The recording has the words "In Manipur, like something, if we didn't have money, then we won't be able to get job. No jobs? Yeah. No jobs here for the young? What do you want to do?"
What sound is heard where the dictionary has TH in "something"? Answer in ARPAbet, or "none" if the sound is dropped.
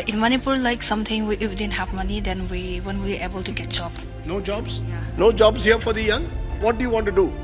T